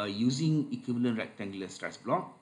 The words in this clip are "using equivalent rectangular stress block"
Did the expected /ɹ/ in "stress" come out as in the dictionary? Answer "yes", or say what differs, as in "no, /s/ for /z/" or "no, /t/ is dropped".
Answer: yes